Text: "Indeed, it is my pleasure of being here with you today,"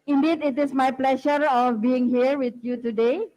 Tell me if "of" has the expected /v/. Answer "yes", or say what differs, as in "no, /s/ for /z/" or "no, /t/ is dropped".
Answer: no, /f/ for /v/